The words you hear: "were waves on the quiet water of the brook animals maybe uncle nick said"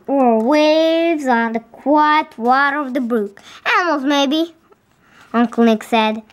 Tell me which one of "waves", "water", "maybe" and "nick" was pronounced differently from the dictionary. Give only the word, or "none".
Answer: none